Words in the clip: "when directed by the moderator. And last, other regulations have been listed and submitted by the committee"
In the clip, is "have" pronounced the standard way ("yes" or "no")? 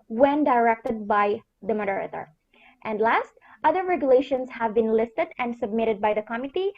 yes